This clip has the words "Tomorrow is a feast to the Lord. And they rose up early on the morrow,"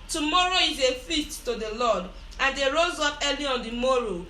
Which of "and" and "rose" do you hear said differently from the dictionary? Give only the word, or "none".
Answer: none